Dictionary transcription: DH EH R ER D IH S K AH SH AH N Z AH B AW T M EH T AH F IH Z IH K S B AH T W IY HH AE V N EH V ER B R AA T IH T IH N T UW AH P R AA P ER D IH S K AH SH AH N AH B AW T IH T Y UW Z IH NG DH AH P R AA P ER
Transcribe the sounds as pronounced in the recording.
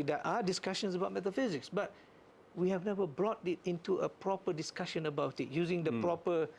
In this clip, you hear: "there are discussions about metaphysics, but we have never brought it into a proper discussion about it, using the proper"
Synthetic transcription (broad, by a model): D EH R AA D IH S K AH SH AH N S AH B AW T M EH T AH F IH Z IH K S B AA T W IY HH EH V N EH V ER B R AA T IH T IH N T UW AH P R AA P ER D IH S K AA SH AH N AH B AW T IH T Y UW Z IH NG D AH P R AA P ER